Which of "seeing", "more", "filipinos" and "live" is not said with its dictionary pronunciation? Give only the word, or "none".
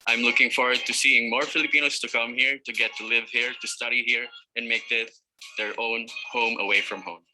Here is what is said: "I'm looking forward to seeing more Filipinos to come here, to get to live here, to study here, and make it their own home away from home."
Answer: filipinos